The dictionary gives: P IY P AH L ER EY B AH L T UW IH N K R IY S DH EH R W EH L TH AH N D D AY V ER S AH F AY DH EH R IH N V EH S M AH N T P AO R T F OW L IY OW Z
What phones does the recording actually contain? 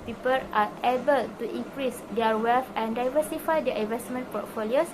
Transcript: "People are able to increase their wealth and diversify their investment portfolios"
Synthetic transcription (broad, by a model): P IY P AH L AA EY B AH L T UW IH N K R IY S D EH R W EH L F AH N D D AY V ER S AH F AY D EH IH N V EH S M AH N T P AO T F OW L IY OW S